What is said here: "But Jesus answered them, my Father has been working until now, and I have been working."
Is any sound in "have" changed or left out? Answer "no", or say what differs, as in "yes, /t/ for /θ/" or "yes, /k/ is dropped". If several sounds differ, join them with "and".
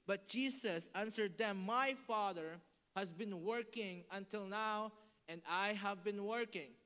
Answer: no